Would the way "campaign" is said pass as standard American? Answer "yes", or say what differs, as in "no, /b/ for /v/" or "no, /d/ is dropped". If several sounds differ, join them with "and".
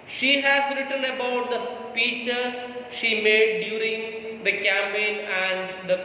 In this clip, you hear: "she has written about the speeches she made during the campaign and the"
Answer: no, /p/ is dropped